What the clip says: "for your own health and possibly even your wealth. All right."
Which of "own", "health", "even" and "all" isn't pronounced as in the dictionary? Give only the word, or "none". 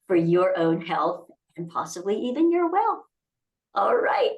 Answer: none